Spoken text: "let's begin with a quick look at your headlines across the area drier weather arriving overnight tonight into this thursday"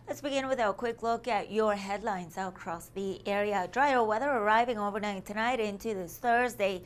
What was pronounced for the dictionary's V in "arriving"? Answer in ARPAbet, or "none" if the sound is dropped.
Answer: V